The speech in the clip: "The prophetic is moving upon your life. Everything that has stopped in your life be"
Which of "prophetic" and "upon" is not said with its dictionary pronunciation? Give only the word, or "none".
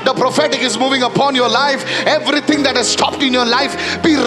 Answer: none